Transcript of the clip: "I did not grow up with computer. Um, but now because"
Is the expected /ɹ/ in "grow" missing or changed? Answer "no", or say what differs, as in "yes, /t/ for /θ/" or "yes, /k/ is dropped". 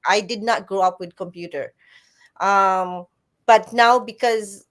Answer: no